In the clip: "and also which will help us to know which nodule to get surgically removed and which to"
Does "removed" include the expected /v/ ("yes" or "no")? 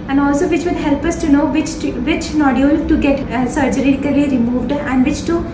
yes